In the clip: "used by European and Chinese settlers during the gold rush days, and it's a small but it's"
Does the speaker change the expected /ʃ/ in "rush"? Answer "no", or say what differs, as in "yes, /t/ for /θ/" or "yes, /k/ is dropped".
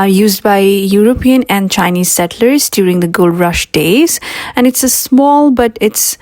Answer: no